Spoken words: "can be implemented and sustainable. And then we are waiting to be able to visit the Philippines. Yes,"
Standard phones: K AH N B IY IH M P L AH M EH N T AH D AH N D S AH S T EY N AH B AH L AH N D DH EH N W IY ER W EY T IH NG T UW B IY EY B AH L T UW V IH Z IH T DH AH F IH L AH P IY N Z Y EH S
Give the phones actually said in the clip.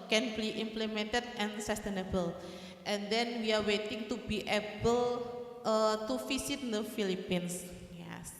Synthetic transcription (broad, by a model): K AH N B IY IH M P L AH M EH N T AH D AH N S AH S T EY N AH B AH L AH N D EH N W IY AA W EY T IH NG T UW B IY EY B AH L T UW F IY S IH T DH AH F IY L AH P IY N S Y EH S